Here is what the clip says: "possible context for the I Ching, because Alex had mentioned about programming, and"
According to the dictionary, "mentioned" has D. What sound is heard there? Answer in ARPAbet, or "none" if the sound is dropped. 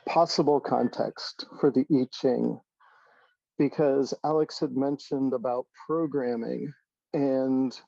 D